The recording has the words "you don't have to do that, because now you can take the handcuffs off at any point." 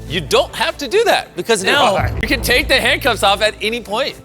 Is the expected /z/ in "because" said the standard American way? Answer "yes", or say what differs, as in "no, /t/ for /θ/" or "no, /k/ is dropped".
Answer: yes